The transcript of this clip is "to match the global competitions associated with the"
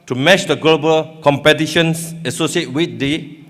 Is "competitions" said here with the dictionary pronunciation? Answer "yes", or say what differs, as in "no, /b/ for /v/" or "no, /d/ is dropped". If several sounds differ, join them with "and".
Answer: no, /s/ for /z/